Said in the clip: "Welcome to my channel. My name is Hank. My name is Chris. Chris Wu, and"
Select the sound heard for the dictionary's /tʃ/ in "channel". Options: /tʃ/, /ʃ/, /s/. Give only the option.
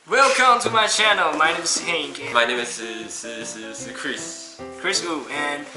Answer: /tʃ/